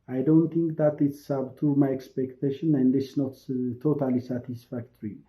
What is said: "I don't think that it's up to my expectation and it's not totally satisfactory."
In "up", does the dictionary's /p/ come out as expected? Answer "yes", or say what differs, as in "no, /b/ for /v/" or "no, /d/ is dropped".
no, /b/ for /p/